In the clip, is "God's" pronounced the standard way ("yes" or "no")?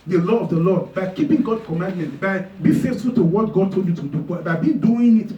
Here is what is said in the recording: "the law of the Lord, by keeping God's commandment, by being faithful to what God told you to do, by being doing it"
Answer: no